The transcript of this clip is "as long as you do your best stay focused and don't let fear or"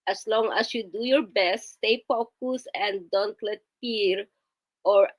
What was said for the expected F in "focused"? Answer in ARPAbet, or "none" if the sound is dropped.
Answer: P